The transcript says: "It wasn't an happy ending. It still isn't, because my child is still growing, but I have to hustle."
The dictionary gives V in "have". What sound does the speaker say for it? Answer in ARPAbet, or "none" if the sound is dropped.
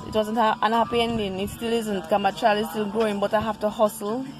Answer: F